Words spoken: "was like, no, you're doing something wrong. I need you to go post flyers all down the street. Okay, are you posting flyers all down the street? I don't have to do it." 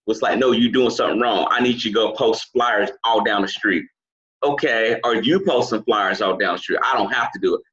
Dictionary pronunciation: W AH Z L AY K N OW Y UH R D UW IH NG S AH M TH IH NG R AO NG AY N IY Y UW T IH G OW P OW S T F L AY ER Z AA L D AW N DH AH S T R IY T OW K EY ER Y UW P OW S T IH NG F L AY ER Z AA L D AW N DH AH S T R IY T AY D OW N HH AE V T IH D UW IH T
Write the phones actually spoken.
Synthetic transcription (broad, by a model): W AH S L AY K N OW Y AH R D UW IH NG S AH M TH IH NG R AO NG AY N IY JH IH G OW P OW S T F L AY ER Z AA L D AW N DH AH S T R IY T OW K EY ER Y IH P OW S T IH NG F L AY ER Z AA L D AW N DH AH S T R IY T AY D OW N HH AE F T IH D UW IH T